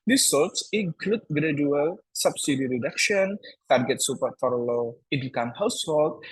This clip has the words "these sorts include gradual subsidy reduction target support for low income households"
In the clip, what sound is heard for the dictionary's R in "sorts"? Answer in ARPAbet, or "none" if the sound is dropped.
L